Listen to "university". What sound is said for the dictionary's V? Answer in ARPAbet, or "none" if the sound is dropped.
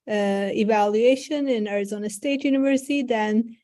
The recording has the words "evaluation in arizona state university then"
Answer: V